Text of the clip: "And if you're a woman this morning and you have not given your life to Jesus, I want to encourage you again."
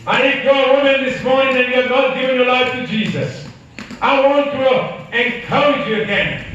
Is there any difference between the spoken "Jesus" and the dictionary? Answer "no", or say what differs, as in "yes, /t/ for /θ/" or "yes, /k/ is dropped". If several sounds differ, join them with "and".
no